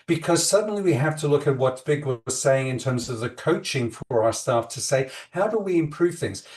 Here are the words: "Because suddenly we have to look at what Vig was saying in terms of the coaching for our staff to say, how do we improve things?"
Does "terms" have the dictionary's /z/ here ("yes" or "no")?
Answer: yes